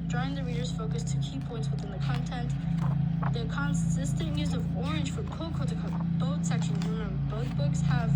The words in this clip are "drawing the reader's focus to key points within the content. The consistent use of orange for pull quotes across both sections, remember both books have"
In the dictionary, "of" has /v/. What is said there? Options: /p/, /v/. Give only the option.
/v/